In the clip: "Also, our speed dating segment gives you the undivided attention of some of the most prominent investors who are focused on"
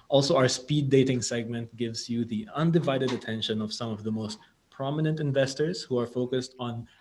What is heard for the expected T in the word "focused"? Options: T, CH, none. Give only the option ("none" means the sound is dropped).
T